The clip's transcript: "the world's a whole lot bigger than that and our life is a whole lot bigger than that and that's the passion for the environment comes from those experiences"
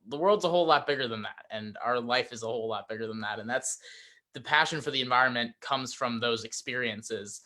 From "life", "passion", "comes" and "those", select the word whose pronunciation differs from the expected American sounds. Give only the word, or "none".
none